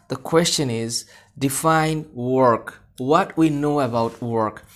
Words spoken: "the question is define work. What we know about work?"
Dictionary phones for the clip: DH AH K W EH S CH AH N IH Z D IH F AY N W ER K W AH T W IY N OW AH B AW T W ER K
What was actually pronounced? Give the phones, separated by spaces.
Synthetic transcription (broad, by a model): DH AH K W EH S CH AH N IH Z D IH F AY N W ER K W AH T W IY N OW AH B AW T W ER K